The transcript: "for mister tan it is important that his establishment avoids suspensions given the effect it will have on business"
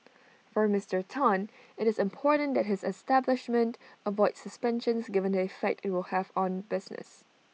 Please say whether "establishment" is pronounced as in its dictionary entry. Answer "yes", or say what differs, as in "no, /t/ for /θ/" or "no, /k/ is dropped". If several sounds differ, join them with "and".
yes